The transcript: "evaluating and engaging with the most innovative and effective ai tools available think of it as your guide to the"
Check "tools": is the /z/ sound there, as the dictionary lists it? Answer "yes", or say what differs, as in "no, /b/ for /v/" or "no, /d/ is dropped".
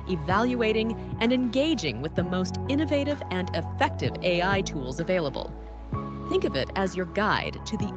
yes